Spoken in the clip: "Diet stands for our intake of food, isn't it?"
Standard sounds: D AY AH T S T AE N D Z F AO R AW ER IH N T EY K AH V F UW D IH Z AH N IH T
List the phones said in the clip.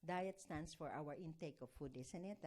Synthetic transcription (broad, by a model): D AY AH T S T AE N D S F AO R AW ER IH N T EY K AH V F UW D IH S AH N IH T